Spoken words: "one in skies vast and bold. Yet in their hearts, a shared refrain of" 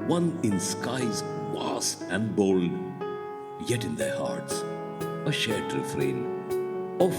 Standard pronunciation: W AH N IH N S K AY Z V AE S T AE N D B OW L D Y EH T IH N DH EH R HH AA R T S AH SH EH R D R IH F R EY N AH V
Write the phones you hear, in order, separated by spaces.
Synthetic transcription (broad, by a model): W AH N IH N S K AY Z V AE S AE N D B OW L D Y EH T IH N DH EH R HH AA R T S AH SH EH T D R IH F R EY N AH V